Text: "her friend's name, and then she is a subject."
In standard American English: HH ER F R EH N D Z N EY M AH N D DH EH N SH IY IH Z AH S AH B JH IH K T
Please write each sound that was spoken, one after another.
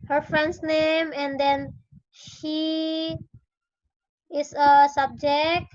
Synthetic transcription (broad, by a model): HH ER F R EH N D S N EY M AH N D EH N SH IY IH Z AH S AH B JH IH K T